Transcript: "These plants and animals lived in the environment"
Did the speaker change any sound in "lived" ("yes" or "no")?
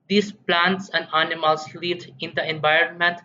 yes